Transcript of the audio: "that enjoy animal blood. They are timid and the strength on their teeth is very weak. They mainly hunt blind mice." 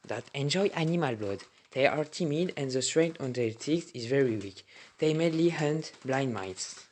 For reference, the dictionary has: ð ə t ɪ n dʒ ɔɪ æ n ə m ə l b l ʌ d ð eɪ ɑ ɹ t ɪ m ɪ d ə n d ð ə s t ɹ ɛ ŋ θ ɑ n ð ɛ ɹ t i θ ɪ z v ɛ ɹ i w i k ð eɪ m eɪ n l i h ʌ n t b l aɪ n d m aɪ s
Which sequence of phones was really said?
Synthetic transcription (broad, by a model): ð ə t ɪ n dʒ ɔɪ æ n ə m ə l b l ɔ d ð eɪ ɑ ɹ t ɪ m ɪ d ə n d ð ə s t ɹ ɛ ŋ t ɑ n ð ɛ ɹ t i s ɪ z v ɛ ɹ i w i k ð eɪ m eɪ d l i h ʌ n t b l aɪ n d m aɪ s